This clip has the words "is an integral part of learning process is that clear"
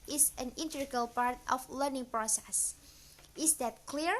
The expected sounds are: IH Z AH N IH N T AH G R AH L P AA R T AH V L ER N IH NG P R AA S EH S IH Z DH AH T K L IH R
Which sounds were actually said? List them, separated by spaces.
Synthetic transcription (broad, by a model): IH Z AH N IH N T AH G AH L P AA R T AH F L ER N IH NG P R AA S EH S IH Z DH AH T K L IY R